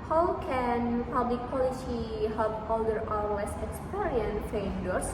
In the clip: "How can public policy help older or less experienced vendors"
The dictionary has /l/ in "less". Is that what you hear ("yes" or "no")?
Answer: no